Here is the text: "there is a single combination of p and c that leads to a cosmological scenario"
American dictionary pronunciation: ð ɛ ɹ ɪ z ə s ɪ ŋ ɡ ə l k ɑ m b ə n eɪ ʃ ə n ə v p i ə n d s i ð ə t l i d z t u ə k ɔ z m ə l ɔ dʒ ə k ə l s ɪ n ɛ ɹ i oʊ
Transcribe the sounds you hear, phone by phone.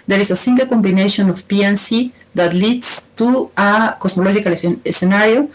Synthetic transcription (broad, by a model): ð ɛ ɹ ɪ s ə s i ŋ ɡ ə l k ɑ m b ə n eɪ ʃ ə n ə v p i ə n s i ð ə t l i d s t u ə k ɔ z m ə l ɔ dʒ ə k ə l s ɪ n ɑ ɹ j oʊ